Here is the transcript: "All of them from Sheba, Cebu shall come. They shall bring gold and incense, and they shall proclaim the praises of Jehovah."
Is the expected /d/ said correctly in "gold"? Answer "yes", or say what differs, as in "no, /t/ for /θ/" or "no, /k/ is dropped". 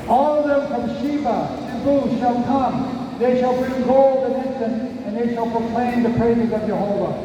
yes